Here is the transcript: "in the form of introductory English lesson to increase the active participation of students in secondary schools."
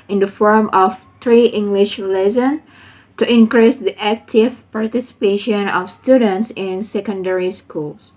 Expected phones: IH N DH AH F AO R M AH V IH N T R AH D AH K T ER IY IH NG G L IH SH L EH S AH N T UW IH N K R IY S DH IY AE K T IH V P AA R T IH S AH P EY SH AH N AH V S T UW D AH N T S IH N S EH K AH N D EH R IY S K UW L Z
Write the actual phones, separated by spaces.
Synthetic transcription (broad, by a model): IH N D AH F AO R M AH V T R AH T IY IH NG G L IH SH L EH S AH N T UW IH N K R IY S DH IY AE K T IH V P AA R T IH S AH P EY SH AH N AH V S T UW D AH N T S IH N S EH K AH N D EH R IY S K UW L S